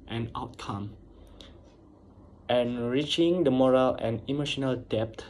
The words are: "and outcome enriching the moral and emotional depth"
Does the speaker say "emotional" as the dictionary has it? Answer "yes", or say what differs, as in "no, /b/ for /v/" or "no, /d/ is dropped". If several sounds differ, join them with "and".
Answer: yes